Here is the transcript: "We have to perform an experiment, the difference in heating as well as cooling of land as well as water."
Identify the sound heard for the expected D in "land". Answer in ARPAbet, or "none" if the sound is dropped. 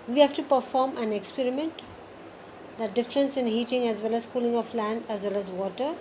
D